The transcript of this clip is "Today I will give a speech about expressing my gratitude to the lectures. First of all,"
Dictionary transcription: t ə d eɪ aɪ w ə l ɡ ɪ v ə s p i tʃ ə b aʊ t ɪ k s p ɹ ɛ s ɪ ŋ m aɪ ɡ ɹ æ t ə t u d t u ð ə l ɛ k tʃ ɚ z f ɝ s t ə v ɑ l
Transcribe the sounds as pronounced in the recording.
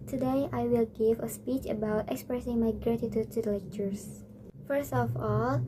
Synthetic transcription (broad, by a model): t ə d eɪ aɪ w ə l ɡ ɪ v ə s p i tʃ ə b aʊ t ɪ k s p ɹ ɛ s ɪ ŋ m aɪ ɡ ɹ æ t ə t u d t u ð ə l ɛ k tʃ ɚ s f ɝ s t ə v ɑ l